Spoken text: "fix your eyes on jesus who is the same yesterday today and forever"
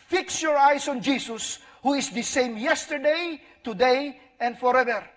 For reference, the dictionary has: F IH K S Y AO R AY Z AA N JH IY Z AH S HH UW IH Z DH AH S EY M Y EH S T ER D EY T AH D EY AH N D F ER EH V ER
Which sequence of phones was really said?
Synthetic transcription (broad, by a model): F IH K S Y AO R AY S AA N JH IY S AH S HH UW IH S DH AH S EY M Y EH S T ER D EY T AH D EY AH N D F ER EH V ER